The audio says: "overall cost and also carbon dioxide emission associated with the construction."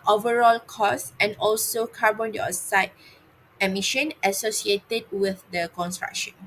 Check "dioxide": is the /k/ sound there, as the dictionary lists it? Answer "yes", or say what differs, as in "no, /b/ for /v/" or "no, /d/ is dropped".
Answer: no, /k/ is dropped